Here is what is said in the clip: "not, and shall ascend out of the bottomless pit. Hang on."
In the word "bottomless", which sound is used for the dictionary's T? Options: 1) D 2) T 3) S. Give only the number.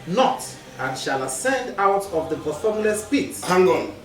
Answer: 3